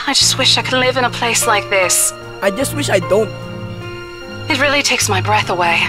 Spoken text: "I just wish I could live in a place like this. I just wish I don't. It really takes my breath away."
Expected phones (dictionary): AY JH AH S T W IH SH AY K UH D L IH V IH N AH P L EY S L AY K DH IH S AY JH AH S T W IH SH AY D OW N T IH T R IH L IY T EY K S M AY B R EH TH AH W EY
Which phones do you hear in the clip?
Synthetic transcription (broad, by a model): AY JH AH S T W IH SH AY K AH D L IH V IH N AH P L EY S L AY K DH IH S AY JH AH S T W IH SH AY D OW N T IH T R IH L IY T EY K S M AY B R EH TH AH W EY